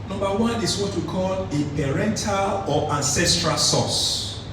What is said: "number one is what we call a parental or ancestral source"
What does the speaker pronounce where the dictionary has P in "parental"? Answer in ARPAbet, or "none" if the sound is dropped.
P